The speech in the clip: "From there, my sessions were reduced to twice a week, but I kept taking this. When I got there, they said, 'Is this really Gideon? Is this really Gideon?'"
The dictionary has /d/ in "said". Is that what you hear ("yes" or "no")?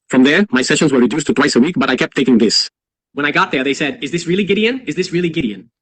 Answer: yes